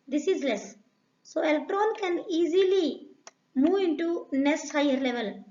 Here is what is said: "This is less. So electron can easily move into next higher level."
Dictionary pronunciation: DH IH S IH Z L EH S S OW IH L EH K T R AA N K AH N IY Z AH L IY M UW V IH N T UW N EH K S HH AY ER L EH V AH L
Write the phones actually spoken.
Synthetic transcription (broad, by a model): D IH S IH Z L EH S S OW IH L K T R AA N K AH N IY Z AH L IY M UW V IH N T UW N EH S HH AY ER L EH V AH L